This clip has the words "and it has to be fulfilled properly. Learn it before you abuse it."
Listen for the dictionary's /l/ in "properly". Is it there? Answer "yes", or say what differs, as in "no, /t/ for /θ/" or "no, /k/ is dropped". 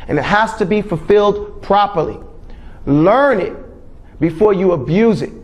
yes